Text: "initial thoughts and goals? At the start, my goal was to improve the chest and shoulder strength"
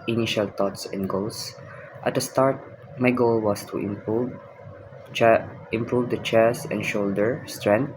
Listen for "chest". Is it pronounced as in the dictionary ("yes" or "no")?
no